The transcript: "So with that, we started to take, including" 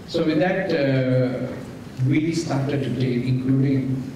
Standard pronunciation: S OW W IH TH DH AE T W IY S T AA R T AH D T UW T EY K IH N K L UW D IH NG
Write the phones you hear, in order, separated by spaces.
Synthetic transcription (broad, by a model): S OW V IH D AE T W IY S T AA R T AH D T UW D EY IH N K L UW D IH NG